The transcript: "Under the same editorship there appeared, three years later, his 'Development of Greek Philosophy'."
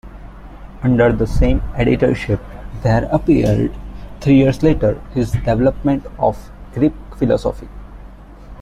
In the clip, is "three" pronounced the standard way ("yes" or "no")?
no